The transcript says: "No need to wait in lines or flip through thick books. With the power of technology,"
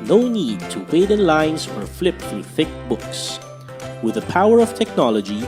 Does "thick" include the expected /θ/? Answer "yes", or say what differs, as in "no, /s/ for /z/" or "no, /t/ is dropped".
yes